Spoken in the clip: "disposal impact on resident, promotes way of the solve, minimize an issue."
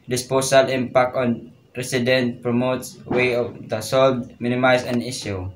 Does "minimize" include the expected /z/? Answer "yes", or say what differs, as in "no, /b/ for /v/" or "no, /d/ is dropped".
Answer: no, /s/ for /z/